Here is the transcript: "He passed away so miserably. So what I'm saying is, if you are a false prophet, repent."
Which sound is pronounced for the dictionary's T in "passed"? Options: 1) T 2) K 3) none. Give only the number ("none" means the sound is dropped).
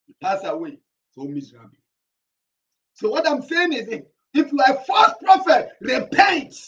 3